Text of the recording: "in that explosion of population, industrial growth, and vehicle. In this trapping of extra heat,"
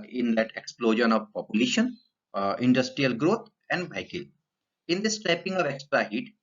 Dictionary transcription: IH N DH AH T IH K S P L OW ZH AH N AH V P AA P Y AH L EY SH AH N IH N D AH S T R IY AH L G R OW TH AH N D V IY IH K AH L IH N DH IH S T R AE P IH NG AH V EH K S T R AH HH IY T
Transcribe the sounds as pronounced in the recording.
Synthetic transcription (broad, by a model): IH N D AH T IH K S P L OW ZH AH N AH V P AA P Y AH L EY SH AH N IH N D AH S T R IY AH L G R OW T AH N D B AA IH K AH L IH N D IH S T R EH P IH NG AH V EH K S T R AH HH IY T